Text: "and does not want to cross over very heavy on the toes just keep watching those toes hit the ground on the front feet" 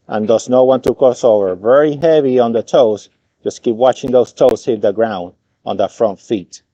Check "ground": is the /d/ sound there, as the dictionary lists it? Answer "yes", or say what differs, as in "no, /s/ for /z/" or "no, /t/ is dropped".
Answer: yes